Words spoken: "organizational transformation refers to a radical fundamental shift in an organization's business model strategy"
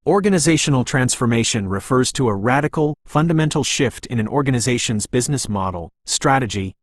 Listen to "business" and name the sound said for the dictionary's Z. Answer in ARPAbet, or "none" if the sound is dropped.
Z